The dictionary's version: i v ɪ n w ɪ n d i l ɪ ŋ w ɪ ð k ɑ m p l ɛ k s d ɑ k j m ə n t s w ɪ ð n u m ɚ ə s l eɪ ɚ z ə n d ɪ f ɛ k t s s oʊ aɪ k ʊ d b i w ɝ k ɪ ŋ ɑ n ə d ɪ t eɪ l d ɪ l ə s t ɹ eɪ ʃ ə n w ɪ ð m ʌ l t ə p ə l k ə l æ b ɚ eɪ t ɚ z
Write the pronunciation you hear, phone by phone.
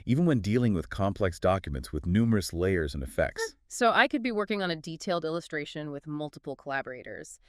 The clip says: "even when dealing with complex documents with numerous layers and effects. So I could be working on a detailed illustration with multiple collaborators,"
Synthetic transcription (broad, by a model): i v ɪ n w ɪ n d i l ɪ ŋ w ɪ ð k ɑ m p l ɛ k s d ɑ k j m ə n t s w ɪ ð n u m ɚ ə s l eɪ ɚ z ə n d ɪ f ɛ k t s s oʊ aɪ k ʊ d b i w ɝ k ɪ ŋ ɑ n ə d ɪ t eɪ l d ɪ l ə s t ɹ eɪ ʃ ə n w ɪ ð m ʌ l t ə p l k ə l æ b ɚ eɪ t ɚ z